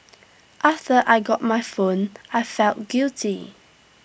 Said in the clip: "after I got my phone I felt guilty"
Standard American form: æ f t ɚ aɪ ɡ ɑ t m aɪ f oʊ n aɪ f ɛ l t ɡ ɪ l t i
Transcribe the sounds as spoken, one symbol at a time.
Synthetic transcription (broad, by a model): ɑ f t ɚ aɪ ɡ ɑ t m aɪ f oʊ n aɪ f ɛ l t ɡ ɪ l t i